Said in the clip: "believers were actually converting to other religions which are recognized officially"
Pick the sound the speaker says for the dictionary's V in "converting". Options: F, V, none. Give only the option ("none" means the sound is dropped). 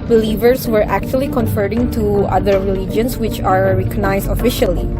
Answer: F